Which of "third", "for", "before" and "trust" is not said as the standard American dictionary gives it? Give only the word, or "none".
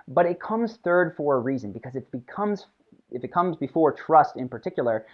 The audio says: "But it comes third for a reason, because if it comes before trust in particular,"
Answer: none